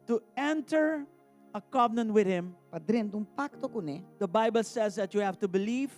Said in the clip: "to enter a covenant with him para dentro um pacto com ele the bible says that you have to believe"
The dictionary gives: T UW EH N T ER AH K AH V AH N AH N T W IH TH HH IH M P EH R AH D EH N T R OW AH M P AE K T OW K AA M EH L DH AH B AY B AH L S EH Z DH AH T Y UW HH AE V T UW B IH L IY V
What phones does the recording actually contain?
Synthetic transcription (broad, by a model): T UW EH N T ER AH K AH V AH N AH N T W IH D HH IH M P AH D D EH N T OW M P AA K T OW K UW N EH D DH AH B AY B AH L S EH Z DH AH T Y UW HH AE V T UW B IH L IY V